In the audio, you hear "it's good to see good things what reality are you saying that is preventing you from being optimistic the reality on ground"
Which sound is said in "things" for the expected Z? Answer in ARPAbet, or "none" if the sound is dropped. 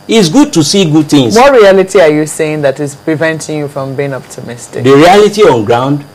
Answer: none